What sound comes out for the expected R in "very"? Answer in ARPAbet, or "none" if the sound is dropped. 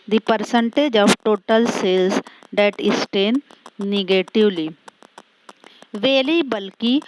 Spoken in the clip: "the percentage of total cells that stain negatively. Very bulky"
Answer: L